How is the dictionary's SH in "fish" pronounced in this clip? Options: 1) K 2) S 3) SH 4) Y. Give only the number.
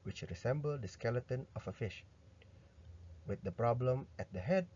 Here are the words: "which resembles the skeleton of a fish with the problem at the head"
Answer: 3